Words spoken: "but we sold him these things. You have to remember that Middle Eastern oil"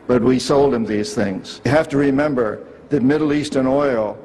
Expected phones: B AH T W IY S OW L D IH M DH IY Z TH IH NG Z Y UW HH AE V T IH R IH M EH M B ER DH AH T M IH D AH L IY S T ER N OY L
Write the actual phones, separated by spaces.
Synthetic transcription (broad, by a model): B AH T W IY S OW L D IH M DH IY Z TH IH NG Z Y HH AE F T IH R IH M EH M B ER DH AH T M IH D L IY S T ER N OY L